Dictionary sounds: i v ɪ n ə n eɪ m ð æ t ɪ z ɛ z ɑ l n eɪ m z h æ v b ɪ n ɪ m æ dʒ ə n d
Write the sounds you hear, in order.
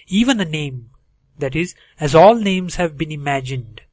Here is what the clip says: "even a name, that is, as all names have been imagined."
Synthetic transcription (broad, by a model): i v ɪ n ə n eɪ m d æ t ɪ z ɛ z ɑ l n eɪ m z h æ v b ɪ n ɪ m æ dʒ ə n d